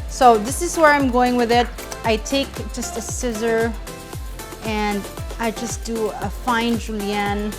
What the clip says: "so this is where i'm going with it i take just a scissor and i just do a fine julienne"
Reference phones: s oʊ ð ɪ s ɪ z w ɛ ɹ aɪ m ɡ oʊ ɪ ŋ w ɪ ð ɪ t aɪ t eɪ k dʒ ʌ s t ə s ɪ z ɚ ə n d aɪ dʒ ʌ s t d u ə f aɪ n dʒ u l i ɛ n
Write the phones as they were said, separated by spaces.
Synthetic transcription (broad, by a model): s oʊ ð ɪ s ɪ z w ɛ ɹ aɪ m ɡ oʊ ɪ ŋ w ɪ ð ɪ t aɪ t eɪ k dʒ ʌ s t ə s ɪ z ɚ ə n d aɪ dʒ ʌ s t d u ə f aɪ n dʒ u l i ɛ n